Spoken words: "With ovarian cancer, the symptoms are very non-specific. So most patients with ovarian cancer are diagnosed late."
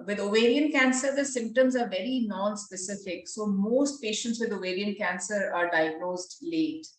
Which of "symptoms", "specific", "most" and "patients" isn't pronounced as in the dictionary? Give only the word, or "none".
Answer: none